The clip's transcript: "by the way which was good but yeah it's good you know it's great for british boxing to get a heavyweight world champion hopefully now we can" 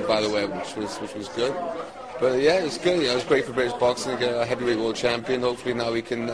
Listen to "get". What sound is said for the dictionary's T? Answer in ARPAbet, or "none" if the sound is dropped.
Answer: none